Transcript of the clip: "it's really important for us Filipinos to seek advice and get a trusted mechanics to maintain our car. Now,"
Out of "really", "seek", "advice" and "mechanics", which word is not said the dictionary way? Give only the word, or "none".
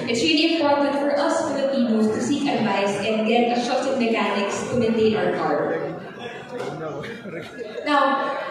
none